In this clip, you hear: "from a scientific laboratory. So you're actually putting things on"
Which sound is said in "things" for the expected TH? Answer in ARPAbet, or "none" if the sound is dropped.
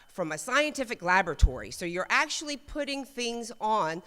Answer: TH